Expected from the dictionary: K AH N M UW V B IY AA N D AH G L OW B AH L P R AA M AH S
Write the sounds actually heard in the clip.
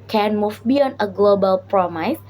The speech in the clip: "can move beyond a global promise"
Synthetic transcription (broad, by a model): K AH N M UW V B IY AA N AH G L OW B AH L P R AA M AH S